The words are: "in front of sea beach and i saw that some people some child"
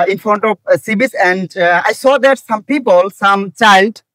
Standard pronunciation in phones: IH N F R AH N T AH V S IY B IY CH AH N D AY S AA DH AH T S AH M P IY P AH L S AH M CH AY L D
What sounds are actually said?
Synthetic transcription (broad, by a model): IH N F R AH N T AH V S IY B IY S AH N D AY S AA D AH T S AH M P IY P AH L S AH M CH AY L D